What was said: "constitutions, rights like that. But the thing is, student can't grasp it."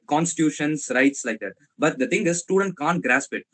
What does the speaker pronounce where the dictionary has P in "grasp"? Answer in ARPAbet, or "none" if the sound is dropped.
P